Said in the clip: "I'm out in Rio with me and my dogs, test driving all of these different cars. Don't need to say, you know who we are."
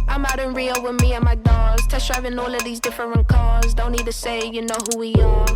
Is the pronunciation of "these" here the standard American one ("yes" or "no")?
yes